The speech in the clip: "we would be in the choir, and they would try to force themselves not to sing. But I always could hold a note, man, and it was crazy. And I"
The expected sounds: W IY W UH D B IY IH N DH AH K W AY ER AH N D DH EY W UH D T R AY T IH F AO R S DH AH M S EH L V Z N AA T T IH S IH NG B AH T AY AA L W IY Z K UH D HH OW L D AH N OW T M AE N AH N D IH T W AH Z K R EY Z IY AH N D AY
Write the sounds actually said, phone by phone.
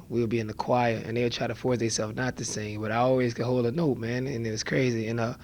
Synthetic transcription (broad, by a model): W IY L B IY IH N DH AH K W AY ER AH N DH EY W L T R AY T IH F AO R S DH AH S EH L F N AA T T IH S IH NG B AH T AY AA L W IY Z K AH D HH OW L D AH N OW T M AE N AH N IH T W AH Z K R EY Z IY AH N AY